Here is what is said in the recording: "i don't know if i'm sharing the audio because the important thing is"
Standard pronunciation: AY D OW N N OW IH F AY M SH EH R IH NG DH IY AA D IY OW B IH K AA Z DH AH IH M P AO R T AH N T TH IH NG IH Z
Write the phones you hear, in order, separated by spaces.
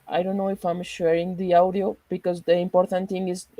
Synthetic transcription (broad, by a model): AY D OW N N OW IH F AY M SH EH R IH NG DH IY AA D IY OW B IH K AA Z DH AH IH M P AO R T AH N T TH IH NG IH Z